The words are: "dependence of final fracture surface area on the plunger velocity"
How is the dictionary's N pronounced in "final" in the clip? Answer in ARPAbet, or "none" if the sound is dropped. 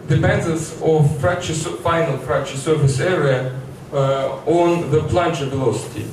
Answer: N